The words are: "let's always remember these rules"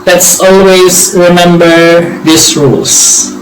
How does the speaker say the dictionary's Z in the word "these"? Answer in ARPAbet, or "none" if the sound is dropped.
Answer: S